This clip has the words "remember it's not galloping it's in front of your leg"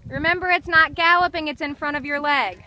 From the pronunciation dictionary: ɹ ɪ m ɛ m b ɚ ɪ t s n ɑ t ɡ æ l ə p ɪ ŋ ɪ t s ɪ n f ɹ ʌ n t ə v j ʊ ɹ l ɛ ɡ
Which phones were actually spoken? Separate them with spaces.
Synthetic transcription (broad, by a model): ɹ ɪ m ɛ m b ɚ ɪ t s n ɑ t ɡ æ l ə p ɪ ŋ ɪ t s ɪ n f ɹ ʌ t ə v j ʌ ɹ l ɛ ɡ